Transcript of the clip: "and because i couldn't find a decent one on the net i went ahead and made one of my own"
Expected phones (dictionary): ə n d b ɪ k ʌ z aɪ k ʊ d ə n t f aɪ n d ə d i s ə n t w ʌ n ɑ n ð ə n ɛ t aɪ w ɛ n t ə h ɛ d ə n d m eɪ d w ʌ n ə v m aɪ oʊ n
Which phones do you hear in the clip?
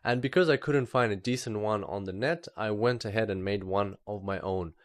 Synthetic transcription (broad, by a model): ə n b ɪ k ʌ z aɪ k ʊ d n t f aɪ n d ə d i s ə n t w ʌ n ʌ n ð ə n ɛ t aɪ w ɛ n t ə h ɛ d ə n m eɪ d w ʌ n ə v m aɪ oʊ n